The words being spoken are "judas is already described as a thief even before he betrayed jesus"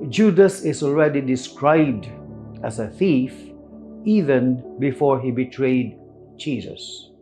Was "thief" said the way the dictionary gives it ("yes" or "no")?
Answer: yes